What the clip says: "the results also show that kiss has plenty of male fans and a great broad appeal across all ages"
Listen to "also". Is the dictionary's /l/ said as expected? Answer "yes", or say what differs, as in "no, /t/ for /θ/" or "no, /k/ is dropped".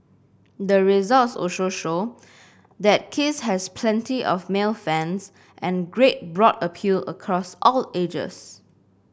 no, /l/ is dropped